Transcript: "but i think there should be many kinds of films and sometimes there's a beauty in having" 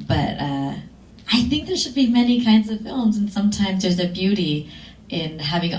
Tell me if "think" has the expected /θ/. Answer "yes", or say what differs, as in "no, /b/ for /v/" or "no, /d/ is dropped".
yes